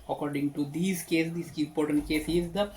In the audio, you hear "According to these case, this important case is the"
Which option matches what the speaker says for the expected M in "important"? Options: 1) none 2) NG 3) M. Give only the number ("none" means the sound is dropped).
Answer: 1